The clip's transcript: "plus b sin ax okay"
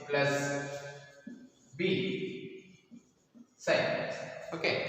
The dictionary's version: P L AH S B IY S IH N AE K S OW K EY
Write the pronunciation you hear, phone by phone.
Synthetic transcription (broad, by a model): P L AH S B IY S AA IH S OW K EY